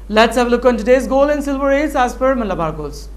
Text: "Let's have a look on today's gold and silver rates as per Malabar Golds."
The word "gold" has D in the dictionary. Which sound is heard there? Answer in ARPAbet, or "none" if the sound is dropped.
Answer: none